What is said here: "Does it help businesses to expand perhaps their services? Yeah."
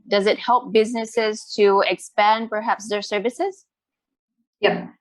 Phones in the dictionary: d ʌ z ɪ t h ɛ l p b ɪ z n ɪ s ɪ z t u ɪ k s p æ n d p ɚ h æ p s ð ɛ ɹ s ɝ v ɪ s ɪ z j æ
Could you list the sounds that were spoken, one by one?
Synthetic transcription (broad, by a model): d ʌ z ɪ t h ɛ l p b ɪ z n ɪ s ɪ z t u ɪ k s p æ n d p ɚ h æ p s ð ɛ ɹ s ɝ v ɪ s ɪ z j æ